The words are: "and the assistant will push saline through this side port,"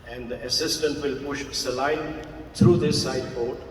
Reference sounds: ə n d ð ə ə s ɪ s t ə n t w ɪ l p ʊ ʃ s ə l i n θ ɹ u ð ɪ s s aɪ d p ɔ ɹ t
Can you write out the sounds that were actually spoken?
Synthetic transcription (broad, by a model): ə n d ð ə ə s ɪ s t ə n t w ɪ l p ʊ ʃ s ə l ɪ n t ɹ u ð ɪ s s aɪ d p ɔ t